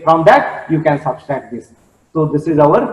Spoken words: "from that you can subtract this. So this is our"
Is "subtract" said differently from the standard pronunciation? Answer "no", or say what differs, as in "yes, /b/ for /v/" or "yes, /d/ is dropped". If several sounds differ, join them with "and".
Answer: yes, /k/ is dropped